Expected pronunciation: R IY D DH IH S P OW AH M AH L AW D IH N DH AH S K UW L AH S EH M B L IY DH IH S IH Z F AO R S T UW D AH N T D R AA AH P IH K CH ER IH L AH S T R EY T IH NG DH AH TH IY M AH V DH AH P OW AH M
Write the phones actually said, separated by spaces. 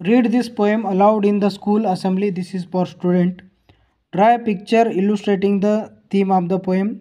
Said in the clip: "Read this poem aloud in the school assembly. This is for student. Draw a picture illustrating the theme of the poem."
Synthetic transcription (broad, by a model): R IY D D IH S P OW AH M AH L AW D IH N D AH S K UW L AH S EH M B L IY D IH S IH Z F AO R S T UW D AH N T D R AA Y P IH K CH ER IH L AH S T R EY T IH NG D AH T IY M AH V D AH P OW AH M